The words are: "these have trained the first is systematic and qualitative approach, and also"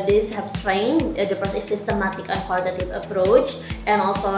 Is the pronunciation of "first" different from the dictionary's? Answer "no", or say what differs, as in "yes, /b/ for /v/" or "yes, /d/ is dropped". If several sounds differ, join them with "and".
yes, /p/ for /f/ and /t/ is dropped